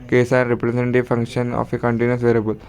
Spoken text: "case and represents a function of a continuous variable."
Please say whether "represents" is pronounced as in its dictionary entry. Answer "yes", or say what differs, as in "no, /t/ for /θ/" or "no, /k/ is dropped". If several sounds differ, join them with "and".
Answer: no, /s/ is dropped